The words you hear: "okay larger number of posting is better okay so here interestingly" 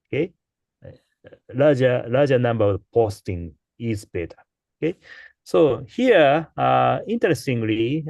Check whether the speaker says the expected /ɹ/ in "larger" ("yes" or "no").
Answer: no